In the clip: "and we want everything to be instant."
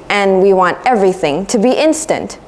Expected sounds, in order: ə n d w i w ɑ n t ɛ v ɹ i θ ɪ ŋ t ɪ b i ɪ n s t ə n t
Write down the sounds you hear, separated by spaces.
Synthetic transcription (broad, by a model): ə n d w i w ɑ n t ɛ v ɹ i θ ɪ ŋ t ɪ b i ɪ n s t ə n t